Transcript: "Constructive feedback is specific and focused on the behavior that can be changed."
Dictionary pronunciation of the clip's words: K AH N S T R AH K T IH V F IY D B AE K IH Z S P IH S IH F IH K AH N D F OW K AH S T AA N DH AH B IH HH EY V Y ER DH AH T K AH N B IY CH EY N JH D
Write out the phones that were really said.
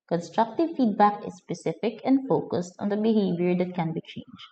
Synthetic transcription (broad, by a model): K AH N S T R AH K T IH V F IY D B AE K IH S P IH S IH F IH K AH N D F OW K AH S T AA N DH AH B IH HH EY V Y ER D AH T K AH N B IY CH EY N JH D